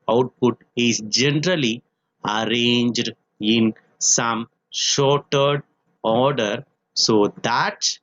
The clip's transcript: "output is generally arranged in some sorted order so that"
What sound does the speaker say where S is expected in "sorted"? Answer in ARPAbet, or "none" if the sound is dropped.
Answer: SH